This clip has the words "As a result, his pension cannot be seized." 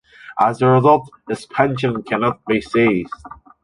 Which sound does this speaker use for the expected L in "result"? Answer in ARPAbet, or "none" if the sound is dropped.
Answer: L